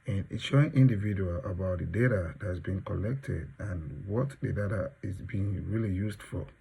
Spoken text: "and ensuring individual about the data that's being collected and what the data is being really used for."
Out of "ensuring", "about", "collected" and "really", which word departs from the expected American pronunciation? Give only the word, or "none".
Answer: ensuring